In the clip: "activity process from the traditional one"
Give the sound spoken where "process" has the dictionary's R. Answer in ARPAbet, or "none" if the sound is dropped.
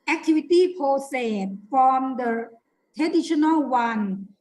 none